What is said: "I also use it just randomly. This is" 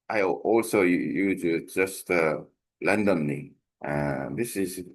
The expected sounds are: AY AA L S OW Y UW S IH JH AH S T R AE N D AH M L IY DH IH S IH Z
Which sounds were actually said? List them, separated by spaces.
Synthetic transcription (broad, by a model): AY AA L S OW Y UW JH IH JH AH S T L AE N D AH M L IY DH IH S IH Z